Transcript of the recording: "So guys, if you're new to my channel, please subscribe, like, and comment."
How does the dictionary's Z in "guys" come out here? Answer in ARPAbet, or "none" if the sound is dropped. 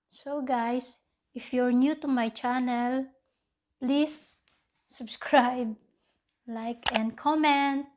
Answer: S